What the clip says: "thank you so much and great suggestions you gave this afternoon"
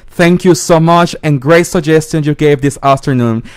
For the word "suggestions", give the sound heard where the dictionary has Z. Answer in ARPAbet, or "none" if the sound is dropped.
none